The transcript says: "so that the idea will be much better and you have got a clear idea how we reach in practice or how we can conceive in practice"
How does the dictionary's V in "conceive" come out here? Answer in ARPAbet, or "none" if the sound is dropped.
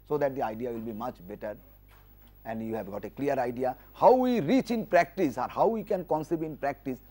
B